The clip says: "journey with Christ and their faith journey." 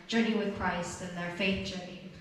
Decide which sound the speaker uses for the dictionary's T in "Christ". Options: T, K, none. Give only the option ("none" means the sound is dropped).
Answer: T